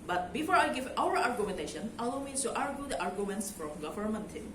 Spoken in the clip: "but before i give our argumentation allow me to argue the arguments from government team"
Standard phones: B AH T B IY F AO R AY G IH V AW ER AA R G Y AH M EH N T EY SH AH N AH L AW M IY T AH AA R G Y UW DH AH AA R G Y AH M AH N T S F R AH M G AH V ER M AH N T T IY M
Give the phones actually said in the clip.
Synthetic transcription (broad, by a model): B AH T B IY F AO R AY G IH V AW ER AA R G Y AH M EH N T EY SH AH N AH L AW M IY S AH AA R G Y UW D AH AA R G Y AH M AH N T S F R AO M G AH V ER M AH N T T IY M